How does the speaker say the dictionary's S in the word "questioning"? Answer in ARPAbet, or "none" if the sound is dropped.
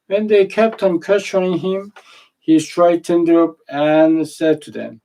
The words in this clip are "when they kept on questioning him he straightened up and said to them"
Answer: none